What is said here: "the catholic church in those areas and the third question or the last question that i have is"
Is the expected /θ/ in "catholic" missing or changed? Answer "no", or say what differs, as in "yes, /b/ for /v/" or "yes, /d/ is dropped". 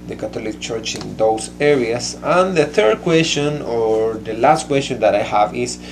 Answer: yes, /t/ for /θ/